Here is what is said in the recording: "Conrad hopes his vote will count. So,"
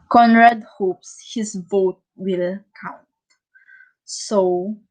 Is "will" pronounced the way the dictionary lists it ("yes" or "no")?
yes